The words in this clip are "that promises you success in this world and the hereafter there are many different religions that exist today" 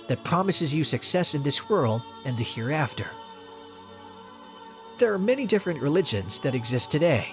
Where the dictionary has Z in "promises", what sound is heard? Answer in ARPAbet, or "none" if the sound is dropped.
Z